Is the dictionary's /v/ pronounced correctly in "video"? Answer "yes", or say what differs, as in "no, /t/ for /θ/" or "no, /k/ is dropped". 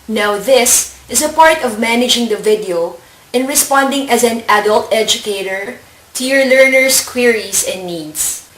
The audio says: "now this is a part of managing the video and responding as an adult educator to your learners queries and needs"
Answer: yes